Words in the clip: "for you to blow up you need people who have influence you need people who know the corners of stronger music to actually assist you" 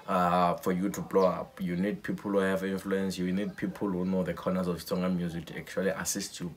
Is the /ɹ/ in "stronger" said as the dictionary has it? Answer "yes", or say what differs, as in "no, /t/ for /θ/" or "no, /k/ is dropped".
no, /ɹ/ is dropped